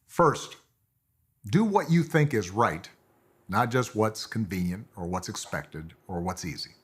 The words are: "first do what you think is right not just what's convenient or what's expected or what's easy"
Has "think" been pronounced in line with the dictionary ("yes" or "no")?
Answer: yes